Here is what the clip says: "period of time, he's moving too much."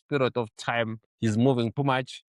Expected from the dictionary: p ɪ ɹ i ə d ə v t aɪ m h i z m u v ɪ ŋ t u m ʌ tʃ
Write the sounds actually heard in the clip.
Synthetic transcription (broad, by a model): p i ɹ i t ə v t aɪ m h i z m u v ɪ ŋ t u m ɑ tʃ